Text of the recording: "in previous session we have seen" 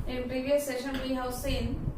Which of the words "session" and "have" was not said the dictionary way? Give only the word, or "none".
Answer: have